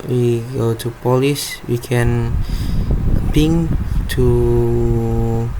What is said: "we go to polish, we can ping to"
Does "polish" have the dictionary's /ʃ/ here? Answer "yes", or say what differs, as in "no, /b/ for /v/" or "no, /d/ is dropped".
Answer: no, /s/ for /ʃ/